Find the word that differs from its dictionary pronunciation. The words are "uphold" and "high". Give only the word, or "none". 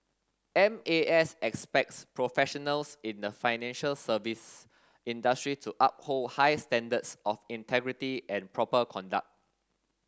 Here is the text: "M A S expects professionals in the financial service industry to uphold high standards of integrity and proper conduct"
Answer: none